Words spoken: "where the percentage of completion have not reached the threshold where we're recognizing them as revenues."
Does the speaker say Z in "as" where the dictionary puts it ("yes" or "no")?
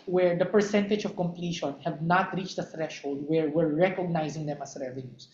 no